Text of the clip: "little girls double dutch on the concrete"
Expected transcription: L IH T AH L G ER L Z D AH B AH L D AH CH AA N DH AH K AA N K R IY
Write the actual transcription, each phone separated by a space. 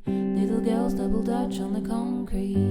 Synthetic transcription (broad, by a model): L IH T L G ER L Z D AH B L D AH CH N DH AH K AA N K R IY